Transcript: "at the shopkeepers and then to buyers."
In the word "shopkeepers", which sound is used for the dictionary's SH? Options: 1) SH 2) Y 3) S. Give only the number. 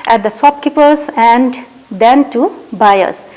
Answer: 3